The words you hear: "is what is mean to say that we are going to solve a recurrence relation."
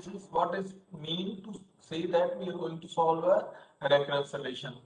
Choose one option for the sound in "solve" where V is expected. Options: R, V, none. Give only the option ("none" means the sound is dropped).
V